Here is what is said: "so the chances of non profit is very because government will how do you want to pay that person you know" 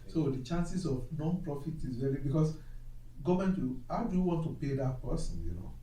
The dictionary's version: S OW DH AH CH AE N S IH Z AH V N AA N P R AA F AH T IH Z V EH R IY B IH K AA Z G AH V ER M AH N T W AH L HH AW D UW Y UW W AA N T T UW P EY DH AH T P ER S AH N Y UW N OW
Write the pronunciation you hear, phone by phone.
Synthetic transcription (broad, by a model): S OW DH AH CH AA N S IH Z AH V N AA N P R AA F AH T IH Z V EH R IY B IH K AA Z G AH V M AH N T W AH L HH AW D UW Y UW W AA N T T UW P EY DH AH T P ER S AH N Y UW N OW